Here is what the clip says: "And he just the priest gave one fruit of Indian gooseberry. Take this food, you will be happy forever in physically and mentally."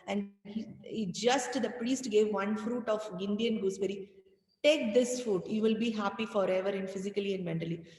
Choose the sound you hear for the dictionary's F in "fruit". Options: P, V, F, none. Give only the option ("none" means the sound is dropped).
F